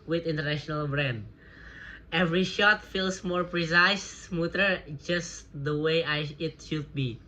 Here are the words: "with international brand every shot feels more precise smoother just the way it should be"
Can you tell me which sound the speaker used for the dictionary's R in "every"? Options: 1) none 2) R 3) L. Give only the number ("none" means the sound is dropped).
2